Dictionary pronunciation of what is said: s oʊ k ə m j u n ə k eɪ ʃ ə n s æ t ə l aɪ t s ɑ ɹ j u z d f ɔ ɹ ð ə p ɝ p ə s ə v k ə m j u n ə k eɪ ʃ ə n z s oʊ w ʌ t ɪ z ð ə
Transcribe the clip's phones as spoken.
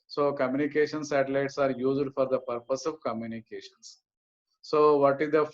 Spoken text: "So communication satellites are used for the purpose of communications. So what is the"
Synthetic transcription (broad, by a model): s oʊ k ə m j u n ə k eɪ ʃ ə n s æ t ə l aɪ t s ɑ ɹ j u z d f ɔ ɹ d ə p ɝ p ə s ə v k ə m j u n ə k eɪ ʃ ə n s oʊ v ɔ t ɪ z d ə